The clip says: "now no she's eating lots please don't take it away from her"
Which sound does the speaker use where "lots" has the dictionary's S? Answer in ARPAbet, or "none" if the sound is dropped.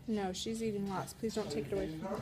S